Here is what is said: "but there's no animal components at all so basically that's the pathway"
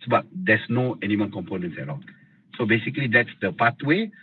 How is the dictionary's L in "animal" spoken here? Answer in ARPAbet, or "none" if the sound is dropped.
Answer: N